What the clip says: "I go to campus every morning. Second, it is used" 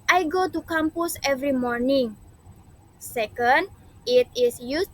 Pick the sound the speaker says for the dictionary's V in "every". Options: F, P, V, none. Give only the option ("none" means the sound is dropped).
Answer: V